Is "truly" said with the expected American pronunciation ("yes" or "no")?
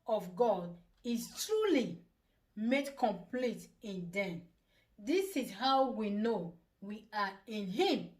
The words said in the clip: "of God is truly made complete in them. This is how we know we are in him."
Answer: yes